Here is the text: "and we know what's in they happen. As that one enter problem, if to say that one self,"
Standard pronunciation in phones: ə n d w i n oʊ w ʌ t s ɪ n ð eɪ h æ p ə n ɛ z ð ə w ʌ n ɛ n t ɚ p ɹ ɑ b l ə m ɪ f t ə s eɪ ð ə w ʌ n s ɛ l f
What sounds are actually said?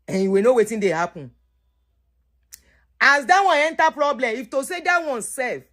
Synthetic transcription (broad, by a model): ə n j w i n oʊ w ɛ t ɪ n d eɪ h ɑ p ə n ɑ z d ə w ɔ n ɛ n t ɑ p ɹ ɑ b l ə m ɪ f t ə s eɪ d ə w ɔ n s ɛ l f